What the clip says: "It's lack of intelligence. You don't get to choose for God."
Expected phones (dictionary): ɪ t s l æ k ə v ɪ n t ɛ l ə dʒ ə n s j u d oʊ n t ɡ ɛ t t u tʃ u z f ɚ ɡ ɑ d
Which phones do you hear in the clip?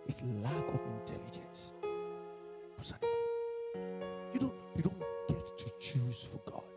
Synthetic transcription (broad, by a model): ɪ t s l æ k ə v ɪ n t ɛ l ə dʒ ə n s j u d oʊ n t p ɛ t t u tʃ u z f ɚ ɡ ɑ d